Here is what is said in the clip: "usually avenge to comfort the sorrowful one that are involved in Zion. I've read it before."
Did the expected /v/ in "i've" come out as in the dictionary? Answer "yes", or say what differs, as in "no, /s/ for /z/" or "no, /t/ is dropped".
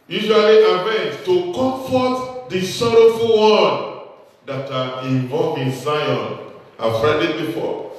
no, /f/ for /v/